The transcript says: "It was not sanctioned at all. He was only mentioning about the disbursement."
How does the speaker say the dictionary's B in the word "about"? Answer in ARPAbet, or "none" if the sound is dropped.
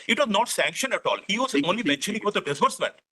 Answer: none